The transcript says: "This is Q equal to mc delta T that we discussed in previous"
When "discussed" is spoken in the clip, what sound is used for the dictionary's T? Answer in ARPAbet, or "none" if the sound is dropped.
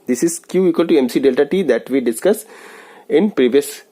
none